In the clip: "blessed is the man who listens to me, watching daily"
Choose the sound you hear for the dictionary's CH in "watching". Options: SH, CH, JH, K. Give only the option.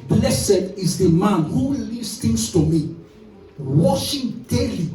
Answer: SH